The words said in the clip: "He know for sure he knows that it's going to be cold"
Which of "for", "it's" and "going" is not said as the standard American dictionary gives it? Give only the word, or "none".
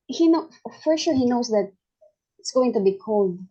none